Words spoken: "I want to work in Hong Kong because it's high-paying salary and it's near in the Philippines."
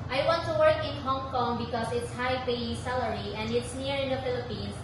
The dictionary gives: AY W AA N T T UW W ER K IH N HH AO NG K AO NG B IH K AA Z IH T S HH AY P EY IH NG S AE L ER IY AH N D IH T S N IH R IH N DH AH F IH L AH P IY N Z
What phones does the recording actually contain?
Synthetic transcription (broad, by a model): AY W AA N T T UW W ER K IH N HH AO NG K AO NG B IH K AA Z IH T S HH AY B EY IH S AE L ER IY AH N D IH T S N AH R IH N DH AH F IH L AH P IY N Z